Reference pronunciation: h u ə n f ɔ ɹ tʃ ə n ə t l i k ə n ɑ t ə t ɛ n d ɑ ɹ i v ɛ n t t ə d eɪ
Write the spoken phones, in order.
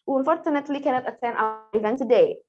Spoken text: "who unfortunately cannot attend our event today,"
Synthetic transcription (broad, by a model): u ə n f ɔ ɹ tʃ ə n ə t l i k ə n ɑ t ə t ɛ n ɑ ɹ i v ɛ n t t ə d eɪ